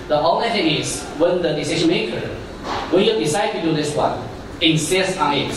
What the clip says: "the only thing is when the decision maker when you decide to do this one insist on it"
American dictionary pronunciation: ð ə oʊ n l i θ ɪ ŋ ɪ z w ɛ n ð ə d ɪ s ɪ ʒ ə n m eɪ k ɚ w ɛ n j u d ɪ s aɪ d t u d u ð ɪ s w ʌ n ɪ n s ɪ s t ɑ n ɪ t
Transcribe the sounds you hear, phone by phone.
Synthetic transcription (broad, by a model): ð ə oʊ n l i t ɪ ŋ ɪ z w ɛ n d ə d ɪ s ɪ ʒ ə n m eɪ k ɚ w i j u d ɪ s aɪ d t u d u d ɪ s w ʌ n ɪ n s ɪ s ɑ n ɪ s